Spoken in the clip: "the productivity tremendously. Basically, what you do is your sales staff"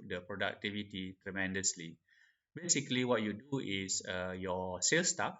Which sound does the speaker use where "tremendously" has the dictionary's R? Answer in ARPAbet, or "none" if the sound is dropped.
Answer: R